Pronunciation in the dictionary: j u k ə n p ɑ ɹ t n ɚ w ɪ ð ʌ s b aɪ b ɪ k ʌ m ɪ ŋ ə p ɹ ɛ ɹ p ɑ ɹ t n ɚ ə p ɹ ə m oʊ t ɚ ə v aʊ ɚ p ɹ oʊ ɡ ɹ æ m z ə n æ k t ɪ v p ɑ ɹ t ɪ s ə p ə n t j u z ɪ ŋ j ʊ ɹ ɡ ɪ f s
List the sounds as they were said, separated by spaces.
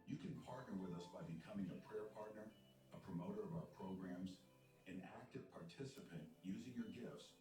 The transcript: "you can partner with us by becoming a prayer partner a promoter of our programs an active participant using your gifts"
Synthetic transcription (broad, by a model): j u k ə n p ɑ ɹ t n ɚ w ɪ ð ʌ s b aɪ b ɪ k ʌ m ɪ ŋ ə p ɹ ɛ ɹ p ɑ ɹ t n ɚ ə p ɹ ə m oʊ t ɚ ə v aʊ ɚ p ɹ oʊ ɡ ɹ æ m z ə n æ k t ɪ v p ɑ ɹ t ɪ s ə p ə n t j u z ɪ ŋ j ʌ ɹ ɡ ɪ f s